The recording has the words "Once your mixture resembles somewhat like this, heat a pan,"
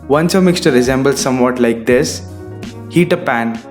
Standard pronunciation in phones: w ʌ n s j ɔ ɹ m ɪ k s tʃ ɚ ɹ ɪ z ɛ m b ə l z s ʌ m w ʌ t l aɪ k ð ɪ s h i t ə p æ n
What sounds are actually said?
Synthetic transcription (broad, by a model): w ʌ n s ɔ m ɪ k s tʃ ɚ ɹ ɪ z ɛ m b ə l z s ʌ m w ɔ t l aɪ k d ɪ s h i t ə p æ n